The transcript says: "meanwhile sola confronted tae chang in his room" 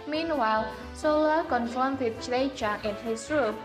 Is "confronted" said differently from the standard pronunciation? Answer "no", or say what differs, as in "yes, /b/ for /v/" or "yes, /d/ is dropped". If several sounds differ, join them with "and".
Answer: yes, /ɹ/ is dropped